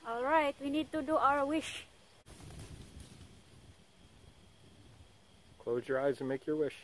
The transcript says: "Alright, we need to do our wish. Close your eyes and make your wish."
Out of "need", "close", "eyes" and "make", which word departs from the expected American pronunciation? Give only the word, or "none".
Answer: none